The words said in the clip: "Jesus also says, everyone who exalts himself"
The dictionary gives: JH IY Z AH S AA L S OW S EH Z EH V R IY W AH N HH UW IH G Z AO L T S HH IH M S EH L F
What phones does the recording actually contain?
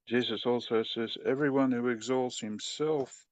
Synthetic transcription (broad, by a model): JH IY Z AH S AA L S OW S EH Z EH V R IY W AH N HH UW IH G Z AO L T S HH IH M S EH L F